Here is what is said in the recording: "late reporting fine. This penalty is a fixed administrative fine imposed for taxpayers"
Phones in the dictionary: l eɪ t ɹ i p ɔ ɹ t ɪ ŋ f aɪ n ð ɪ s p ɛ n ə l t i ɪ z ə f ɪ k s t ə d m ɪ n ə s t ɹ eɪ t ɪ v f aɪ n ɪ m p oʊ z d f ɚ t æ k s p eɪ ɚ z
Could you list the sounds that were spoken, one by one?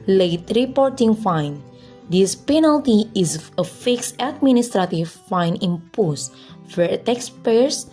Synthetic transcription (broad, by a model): l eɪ t ɹ i p ɔ ɹ t ɪ ŋ f aɪ n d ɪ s p ɛ n ə l t i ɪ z ə f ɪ k s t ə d m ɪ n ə s t ɹ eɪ t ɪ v f aɪ n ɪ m p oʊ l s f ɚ t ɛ k s p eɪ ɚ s